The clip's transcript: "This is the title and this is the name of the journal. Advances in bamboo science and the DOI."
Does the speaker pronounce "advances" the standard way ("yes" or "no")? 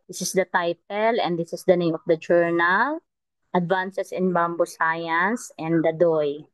no